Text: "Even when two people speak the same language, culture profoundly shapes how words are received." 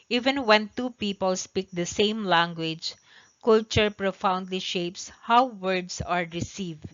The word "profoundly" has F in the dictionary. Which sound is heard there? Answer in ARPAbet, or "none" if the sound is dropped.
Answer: F